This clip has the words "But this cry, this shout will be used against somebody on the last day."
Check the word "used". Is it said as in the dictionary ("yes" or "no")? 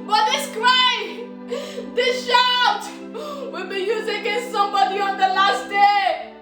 no